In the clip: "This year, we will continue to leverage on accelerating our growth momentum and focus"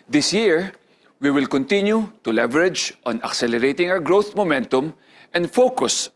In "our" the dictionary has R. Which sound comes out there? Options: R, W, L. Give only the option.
W